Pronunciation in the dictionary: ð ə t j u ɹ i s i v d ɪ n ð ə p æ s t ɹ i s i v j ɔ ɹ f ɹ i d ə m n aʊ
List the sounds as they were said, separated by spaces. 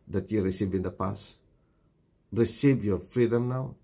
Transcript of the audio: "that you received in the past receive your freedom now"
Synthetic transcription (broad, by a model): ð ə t j u ɹ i s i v ɪ n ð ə p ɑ s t ɹ i s i v j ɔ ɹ f ɹ i d ə m n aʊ